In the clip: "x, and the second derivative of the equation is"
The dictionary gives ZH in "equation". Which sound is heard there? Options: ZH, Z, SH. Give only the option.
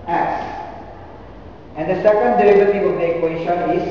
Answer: SH